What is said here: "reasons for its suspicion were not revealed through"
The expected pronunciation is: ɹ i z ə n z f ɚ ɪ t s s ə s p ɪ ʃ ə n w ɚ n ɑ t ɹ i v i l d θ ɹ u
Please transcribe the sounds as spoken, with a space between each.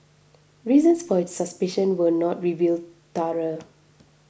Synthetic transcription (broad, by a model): ɹ i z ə n s f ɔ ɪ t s s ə s p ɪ ʃ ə n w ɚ n ɑ t ɹ i v i l d t ɹ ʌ